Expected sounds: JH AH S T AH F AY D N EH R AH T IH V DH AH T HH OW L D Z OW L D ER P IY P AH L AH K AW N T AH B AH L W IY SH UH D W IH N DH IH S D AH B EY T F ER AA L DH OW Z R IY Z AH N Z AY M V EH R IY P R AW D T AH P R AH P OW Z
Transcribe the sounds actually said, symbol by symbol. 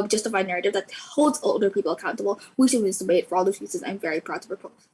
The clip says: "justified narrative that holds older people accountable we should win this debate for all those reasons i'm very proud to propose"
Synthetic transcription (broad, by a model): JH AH S T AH F AY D N EH R AH T IH V DH AH T HH OW L D Z OW L D ER P IY P L AH K AW N T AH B L W IY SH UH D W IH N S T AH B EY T F ER AA L DH OW Z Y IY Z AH Z AY M V EH R IY P R AW D T AH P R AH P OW